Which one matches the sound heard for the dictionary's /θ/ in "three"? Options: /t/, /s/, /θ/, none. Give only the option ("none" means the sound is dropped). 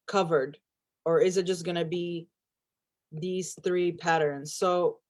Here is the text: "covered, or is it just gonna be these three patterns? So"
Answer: /θ/